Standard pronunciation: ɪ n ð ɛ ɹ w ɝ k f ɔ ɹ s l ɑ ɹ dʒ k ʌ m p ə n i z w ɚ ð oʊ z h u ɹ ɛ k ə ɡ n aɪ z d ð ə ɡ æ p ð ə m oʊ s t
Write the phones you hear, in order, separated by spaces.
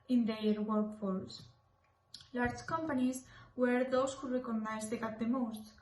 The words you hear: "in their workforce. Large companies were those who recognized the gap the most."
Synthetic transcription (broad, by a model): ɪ n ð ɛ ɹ w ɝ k f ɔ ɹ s l ɑ ɹ dʒ k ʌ m p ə n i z w ɚ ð oʊ s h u ɹ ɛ k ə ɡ n aɪ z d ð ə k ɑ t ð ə m oʊ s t